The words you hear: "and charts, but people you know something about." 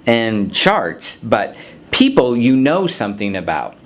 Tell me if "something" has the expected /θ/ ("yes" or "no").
yes